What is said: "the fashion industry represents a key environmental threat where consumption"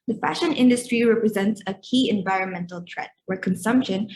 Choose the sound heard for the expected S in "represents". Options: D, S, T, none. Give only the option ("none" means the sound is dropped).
S